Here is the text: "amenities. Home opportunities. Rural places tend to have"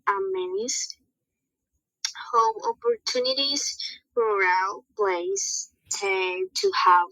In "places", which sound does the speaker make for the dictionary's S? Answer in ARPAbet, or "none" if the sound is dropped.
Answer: none